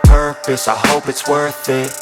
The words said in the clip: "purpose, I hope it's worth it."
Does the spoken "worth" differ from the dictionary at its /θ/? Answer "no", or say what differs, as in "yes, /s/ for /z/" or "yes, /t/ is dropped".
no